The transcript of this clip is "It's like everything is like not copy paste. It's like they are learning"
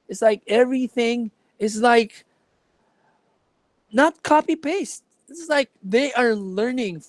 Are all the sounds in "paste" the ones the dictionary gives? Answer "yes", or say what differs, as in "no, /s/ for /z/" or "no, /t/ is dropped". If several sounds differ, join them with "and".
yes